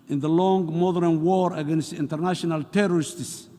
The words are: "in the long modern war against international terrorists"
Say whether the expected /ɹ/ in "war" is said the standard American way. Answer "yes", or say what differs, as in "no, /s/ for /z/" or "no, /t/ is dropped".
yes